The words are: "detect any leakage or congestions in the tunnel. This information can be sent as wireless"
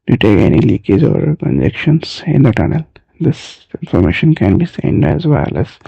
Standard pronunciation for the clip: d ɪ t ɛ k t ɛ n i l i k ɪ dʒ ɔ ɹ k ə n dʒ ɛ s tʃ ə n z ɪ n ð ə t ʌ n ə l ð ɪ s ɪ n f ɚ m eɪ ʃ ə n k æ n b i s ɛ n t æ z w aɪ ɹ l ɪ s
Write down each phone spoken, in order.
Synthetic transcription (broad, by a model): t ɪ t ɛ k ɛ n i l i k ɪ z ɔ ɹ k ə n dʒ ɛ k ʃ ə n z ɪ n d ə t ʌ n ə l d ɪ s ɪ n f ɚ m eɪ ʃ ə n k æ n b i s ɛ n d æ z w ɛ l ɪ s